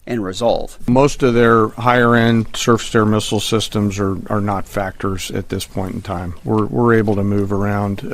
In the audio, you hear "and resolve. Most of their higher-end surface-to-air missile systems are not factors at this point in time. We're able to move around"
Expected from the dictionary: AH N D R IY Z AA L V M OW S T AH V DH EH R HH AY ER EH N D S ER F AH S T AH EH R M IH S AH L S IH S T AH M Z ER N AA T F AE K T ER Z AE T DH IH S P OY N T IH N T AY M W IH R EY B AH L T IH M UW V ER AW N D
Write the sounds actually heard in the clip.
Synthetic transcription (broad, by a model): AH N R IY Z AA L V M OW S T AH V DH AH R HH AY ER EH N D S ER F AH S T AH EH R M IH S L S IH S T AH M Z ER N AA T F AE K T ER Z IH T DH IH S P OY N T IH N T AY M W IH R EY B L T IH M UW V ER AW N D